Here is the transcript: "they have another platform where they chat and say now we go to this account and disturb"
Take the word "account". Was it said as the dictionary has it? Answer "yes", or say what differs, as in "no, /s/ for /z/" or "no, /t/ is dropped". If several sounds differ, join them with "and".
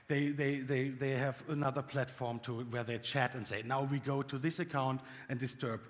yes